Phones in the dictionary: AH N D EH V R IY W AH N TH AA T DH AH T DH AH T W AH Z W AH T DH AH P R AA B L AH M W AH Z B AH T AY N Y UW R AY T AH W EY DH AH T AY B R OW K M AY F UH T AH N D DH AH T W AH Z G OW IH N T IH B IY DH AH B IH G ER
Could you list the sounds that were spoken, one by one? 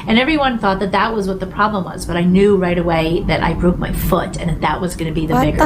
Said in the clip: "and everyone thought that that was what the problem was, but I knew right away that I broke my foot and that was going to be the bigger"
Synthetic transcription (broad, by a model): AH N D EH V R IY W AH N TH AA T DH AH T DH AH T W AH Z W AH T DH AH P R AA B L AH M W AH Z B AH T AY N Y UW R AY T AH W EY DH AH T AY B R OW K M AY F UH T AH N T DH AH T W AH Z G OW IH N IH B IY DH AH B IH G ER